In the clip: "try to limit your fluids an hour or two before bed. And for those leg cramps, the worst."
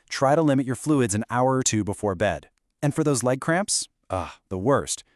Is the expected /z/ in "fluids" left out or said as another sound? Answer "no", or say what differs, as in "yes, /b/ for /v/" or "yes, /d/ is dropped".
no